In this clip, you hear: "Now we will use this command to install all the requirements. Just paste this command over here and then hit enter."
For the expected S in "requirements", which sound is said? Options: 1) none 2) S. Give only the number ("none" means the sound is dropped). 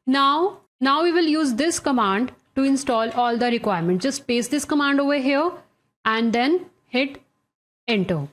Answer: 1